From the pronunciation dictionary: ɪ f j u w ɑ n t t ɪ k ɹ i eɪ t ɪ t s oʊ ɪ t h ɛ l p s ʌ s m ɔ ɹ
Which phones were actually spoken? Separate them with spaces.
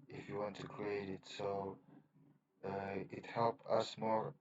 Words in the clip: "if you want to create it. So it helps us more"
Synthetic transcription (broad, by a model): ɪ f j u w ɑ n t t ɪ k ɹ i eɪ t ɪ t s oʊ ɪ t h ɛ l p ʌ s m ɔ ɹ